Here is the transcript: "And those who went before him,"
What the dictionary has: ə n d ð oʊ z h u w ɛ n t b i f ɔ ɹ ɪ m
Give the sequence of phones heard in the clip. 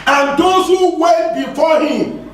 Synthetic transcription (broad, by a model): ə n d oʊ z h u w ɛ t b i f ɔ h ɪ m